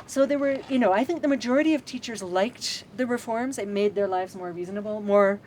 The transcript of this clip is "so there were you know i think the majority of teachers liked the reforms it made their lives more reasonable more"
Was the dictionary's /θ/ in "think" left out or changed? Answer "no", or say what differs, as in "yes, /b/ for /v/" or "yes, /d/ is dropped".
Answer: no